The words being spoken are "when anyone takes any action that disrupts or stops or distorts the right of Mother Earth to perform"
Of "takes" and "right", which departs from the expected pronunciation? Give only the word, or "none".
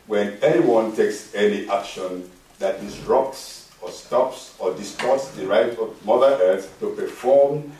none